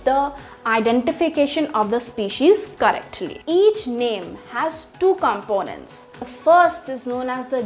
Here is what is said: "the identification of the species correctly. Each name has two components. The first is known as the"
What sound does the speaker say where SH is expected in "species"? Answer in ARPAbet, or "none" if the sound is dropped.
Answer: SH